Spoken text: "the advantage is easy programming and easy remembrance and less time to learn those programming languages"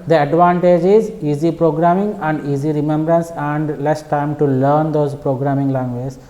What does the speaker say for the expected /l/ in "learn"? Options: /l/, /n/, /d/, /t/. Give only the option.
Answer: /l/